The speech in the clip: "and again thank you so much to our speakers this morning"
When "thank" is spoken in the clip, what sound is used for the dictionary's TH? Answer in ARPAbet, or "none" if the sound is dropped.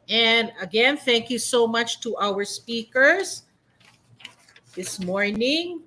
TH